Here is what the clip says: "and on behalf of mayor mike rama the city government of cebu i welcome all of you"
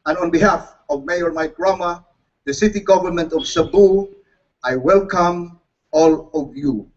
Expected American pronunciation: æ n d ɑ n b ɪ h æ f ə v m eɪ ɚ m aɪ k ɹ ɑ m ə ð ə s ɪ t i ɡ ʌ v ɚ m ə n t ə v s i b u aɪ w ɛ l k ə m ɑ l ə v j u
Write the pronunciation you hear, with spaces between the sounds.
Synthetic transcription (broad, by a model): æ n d ɑ n b ɪ h æ f ə v m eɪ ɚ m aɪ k ɹ ɑ m ə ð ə s ɪ t i ɡ ʌ v ɚ m ə n t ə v s i b u aɪ w ɛ l k ə m ɑ l ə v j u